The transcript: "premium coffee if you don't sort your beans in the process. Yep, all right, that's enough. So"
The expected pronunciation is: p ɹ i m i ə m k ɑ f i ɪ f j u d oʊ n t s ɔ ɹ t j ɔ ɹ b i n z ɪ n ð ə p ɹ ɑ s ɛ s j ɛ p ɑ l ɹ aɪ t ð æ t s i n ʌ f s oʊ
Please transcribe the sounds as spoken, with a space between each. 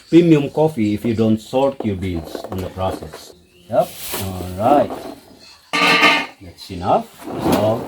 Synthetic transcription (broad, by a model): p ɹ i m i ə m k ɑ f i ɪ f j u d oʊ n t s ɔ ɹ t j ɔ ɹ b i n s ɪ n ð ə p ɹ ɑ s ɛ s j ɛ p ɑ l ɹ aɪ t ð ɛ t s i n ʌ f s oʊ